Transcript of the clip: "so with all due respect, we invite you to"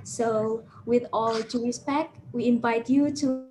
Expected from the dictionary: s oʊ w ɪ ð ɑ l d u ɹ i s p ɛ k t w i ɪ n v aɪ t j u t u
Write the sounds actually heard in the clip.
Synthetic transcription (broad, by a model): s oʊ w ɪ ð ɑ l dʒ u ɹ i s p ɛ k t w i ɪ n v aɪ t j u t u